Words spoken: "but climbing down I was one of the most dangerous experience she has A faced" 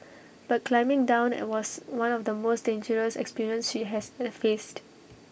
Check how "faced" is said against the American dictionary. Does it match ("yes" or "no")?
yes